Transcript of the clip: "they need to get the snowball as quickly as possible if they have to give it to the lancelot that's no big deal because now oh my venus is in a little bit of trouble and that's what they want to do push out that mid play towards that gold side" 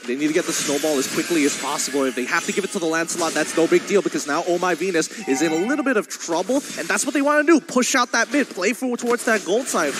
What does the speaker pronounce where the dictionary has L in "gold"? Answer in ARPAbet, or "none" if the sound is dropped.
L